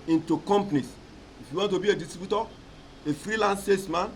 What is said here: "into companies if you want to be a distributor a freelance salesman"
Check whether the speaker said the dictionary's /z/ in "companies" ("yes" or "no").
no